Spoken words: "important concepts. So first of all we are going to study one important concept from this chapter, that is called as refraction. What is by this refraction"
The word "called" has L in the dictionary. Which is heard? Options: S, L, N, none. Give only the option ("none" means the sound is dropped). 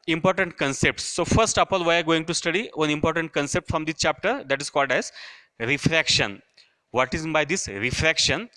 L